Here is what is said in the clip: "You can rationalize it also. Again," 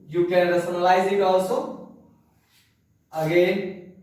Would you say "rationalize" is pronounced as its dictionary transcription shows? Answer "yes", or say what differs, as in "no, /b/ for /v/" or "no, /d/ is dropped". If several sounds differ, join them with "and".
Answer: no, /s/ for /ʃ/